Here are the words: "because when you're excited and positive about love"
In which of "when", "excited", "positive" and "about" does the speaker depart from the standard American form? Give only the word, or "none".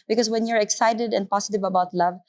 positive